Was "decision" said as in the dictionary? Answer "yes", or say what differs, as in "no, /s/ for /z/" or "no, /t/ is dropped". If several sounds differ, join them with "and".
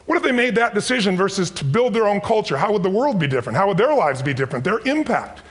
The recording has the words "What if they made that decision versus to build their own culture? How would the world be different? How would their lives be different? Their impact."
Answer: yes